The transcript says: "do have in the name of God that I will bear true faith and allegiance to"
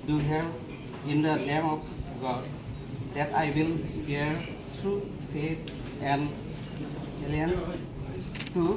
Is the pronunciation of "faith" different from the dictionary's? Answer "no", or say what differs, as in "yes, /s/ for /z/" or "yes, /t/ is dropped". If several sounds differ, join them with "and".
yes, /t/ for /θ/